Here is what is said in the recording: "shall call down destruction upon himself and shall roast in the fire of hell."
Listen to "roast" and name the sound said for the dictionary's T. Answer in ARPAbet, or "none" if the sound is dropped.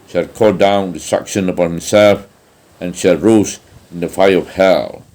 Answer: none